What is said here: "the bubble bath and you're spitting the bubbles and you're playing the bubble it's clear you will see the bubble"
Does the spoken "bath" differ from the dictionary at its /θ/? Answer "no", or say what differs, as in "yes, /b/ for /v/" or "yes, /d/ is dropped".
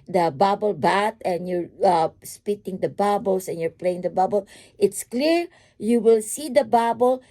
yes, /t/ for /θ/